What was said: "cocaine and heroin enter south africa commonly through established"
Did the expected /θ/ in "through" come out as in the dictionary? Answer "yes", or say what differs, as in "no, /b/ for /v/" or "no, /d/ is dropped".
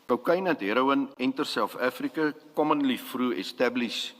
no, /f/ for /θ/